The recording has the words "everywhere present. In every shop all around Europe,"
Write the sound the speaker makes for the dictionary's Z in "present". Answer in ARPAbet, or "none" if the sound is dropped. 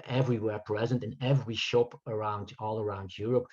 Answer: Z